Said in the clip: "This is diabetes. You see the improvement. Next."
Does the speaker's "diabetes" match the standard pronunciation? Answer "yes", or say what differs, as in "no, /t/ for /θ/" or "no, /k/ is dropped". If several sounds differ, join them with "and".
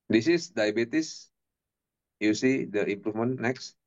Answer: no, /s/ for /z/